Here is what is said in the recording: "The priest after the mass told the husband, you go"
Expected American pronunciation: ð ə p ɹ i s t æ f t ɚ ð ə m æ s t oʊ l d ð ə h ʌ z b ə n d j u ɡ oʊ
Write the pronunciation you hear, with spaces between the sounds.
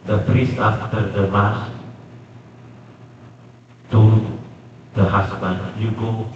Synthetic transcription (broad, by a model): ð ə p ɹ i s t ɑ f t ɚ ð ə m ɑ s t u d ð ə h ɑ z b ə n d j u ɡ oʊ